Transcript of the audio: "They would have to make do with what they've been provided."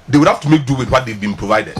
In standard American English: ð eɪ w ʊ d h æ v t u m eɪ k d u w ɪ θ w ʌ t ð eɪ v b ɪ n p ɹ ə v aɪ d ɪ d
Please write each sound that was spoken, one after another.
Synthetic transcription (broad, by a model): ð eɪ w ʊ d h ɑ f t u m eɪ k d u w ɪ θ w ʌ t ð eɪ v b ɪ n p ɹ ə v aɪ d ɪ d